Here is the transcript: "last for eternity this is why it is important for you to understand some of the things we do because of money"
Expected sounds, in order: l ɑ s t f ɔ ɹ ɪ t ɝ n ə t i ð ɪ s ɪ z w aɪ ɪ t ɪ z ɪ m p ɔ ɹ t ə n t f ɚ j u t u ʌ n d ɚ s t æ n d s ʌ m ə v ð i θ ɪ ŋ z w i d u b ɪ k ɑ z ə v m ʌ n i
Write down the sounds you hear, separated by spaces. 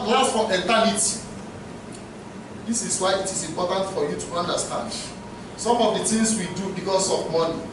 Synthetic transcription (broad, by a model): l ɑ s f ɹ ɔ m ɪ t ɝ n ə t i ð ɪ s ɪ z w aɪ ɪ t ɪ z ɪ m p ɔ t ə n t f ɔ j u t u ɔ n d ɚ s t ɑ n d s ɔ m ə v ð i t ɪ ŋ s w i d u b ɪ k ɑ s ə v m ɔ n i